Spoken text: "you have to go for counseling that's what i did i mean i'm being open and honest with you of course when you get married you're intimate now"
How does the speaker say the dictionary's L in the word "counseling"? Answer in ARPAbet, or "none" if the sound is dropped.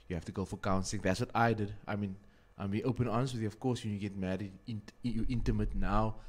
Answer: none